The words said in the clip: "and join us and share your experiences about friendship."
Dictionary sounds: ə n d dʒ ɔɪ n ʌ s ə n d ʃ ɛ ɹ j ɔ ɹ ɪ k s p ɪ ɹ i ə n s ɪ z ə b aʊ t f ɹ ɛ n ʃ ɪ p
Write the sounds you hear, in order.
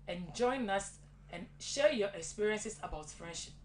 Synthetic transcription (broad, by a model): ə n dʒ ɔɪ n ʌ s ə n ʃ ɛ j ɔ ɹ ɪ k s p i ɹ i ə n s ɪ s ə b aʊ t f ɹ ɛ n ʃ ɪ p